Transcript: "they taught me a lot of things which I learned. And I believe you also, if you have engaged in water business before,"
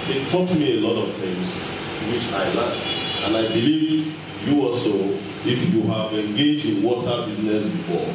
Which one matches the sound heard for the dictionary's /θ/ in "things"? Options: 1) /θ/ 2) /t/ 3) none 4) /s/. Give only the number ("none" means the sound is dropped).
2